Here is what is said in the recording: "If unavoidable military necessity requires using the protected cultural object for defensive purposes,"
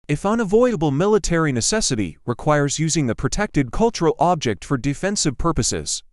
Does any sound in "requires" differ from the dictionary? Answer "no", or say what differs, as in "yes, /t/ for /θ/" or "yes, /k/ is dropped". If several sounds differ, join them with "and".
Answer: no